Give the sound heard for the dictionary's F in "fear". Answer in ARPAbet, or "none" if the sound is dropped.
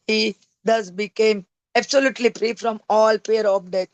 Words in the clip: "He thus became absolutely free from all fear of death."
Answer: P